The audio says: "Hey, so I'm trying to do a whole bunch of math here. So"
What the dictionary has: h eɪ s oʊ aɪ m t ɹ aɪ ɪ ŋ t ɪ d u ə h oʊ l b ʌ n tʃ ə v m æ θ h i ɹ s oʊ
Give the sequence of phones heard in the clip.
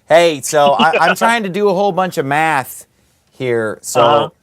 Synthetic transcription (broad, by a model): h eɪ s oʊ aɪ m t ɹ aɪ ɪ ŋ t ɪ d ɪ ə h oʊ l b ʌ n tʃ ə v m æ θ h i ɹ s oʊ